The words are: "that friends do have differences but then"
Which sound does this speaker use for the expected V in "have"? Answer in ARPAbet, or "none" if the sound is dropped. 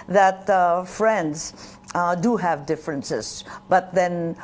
V